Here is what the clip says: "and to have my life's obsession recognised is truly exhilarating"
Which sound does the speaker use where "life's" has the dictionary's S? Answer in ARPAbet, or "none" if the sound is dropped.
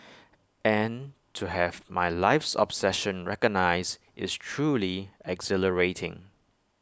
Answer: S